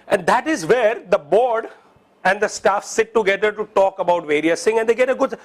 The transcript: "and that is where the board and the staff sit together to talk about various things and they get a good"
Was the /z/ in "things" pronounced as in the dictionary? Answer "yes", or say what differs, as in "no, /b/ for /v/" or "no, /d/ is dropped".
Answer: no, /z/ is dropped